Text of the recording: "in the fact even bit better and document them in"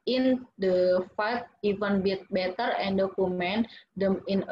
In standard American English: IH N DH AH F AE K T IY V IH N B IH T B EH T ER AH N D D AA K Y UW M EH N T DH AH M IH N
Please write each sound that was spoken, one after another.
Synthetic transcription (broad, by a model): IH N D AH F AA T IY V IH N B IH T B EH T ER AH N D D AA K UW M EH N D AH M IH N